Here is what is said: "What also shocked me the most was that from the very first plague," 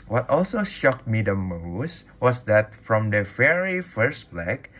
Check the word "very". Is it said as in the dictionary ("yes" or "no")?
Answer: no